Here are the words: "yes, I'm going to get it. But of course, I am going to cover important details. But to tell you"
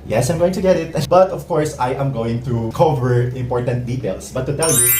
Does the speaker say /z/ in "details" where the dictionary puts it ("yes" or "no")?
no